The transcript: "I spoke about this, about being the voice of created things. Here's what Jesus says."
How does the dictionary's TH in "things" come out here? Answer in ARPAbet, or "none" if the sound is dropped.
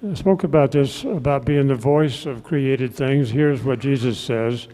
TH